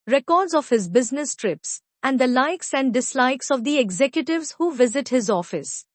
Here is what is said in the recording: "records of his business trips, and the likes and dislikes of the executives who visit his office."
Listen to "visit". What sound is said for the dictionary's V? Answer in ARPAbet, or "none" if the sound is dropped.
V